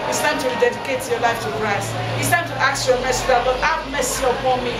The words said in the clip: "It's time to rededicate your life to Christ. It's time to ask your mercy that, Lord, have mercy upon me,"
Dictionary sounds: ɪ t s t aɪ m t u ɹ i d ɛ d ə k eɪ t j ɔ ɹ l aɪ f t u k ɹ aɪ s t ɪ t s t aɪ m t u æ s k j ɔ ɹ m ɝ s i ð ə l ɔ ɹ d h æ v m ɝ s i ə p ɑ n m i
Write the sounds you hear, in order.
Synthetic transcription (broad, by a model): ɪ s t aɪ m t u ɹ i d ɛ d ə k eɪ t j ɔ l aɪ f t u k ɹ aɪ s ɪ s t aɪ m t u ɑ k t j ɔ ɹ m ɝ s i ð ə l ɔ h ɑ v m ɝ s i ə p ɑ n m i